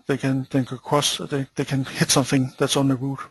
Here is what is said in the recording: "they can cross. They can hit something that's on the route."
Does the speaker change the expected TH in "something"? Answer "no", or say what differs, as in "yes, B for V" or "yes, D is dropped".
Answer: no